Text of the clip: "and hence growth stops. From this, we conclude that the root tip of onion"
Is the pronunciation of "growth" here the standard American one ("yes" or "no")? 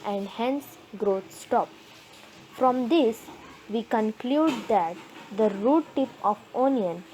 no